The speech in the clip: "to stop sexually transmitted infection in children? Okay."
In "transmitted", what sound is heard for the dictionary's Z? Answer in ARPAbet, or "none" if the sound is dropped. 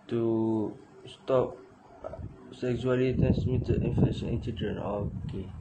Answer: S